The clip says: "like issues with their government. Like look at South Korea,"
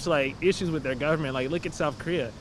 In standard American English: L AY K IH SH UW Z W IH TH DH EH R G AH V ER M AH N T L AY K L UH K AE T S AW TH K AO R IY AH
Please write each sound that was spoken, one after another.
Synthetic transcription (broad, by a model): L AY K IH SH UW Z W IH DH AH R G AH V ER M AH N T L AY K L UH K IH T S AW TH K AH R IY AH